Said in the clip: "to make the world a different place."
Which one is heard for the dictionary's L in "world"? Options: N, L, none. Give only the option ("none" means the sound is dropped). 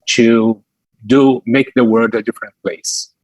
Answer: none